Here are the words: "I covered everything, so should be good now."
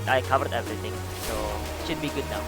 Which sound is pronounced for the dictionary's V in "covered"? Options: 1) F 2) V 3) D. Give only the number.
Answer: 2